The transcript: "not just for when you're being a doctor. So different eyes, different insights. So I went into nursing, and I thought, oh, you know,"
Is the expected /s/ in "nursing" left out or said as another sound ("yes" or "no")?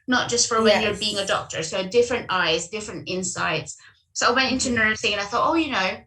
yes